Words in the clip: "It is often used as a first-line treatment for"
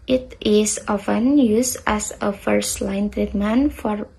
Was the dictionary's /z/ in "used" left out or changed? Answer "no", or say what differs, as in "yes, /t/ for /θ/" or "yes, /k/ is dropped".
yes, /s/ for /z/